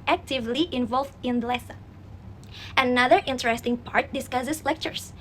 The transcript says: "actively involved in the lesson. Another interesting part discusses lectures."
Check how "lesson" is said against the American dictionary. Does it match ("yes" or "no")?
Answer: no